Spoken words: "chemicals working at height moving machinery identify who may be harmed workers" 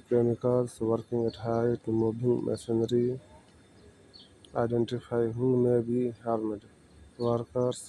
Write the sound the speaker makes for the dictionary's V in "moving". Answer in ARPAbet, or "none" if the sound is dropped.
B